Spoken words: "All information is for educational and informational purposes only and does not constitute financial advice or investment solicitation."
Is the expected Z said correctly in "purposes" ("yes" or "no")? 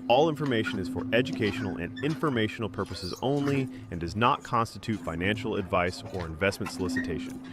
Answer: yes